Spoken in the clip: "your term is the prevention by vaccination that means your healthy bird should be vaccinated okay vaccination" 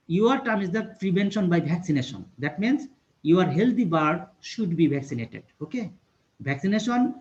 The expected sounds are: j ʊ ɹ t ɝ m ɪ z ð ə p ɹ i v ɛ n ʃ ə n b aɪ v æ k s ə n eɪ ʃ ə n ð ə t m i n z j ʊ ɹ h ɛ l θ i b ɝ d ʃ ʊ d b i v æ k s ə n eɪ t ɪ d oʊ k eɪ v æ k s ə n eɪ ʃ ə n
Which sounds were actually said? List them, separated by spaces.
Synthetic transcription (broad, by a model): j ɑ ɹ t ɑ m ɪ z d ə p ɹ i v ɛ n ʃ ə n b aɪ b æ k s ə n eɪ ʃ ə n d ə t m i n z j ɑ ɹ h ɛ l t i b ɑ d ʃ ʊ d b i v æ k s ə n eɪ t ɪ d oʊ k eɪ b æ k s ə n eɪ ʃ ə n